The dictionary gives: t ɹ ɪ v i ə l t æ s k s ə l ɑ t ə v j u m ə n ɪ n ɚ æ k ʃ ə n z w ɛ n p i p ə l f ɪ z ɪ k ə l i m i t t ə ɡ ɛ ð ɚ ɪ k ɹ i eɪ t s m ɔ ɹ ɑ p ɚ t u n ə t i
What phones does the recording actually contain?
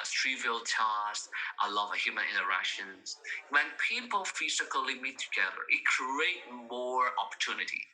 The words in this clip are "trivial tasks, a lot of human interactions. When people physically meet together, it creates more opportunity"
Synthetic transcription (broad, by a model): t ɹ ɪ v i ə l t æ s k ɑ ə l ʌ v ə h j u m ə n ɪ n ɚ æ ʃ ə n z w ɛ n p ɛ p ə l f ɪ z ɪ k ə l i m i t t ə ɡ ɛ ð ɚ ɪ k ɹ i eɪ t m ɔ ɹ ɑ p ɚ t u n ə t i